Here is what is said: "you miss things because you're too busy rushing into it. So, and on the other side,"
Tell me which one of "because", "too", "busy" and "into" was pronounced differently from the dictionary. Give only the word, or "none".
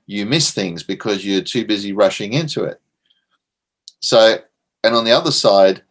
none